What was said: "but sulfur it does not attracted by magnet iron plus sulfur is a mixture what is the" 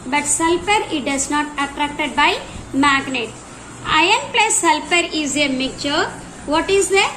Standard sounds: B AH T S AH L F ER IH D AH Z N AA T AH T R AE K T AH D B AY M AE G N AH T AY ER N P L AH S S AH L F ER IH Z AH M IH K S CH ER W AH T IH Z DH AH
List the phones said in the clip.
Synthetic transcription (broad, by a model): B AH T S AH L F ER IH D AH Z N AA T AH T R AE K T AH D B AY M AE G N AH T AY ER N P L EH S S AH L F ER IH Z AH M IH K CH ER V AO T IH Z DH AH